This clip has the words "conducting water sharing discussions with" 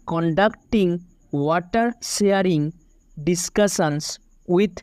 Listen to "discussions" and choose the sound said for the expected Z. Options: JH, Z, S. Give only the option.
S